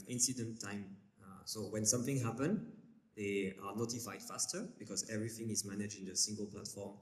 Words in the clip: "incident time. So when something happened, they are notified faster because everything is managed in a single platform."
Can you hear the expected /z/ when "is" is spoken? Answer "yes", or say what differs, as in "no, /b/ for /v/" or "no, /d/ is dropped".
yes